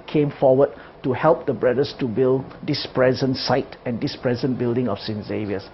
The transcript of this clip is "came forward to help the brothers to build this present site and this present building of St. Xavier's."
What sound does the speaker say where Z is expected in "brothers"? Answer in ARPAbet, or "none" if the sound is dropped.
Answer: S